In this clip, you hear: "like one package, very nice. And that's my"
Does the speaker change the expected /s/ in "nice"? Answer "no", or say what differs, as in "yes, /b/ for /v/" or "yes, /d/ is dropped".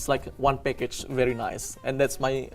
no